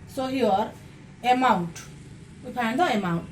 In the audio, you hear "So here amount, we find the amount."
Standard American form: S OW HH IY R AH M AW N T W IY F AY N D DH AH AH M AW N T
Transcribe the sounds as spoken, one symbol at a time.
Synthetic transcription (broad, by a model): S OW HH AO R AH M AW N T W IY P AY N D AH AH M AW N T